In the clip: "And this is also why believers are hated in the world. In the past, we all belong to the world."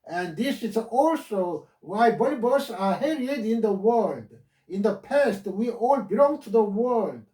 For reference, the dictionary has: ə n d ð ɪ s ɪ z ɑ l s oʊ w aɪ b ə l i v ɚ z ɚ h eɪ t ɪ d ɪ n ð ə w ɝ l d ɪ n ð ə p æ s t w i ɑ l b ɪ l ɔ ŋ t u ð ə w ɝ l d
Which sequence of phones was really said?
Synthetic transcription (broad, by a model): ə n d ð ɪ s ɪ z ɑ l s oʊ w aɪ b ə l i b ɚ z ɚ h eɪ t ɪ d ɪ n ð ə w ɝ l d ɪ n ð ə p æ s t w i ɑ l b ɪ l ɔ ŋ t u ð ə w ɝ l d